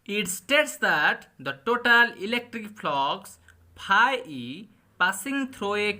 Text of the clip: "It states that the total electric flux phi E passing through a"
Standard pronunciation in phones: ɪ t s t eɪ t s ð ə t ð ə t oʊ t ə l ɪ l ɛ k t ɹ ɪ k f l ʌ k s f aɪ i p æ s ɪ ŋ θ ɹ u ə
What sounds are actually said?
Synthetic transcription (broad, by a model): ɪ t s t eɪ t s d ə t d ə t oʊ t ə l ɪ l ɛ k t ɹ ɪ k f l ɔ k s p aɪ i p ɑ s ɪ ŋ t ɹ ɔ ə